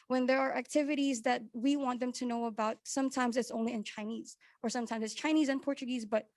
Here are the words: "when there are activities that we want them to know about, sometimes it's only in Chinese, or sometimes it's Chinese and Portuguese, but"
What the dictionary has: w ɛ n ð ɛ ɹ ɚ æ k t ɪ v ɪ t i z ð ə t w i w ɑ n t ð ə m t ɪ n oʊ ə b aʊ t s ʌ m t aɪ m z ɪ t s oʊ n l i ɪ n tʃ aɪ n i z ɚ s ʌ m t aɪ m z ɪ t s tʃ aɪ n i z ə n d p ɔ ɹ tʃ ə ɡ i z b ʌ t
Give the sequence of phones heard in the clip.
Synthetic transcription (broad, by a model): w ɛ n ð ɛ ɹ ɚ æ k t ɪ v ɪ t i z ð ə t w i w ɑ n ð ə m t ɪ n oʊ ə b aʊ t s ʌ m t aɪ m z ɪ t s oʊ n l i ɪ n tʃ aɪ n i z ɚ s ʌ m t aɪ m z ɪ t s tʃ aɪ n i z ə n p ɔ ɹ tʃ ə ɡ i z b ʌ t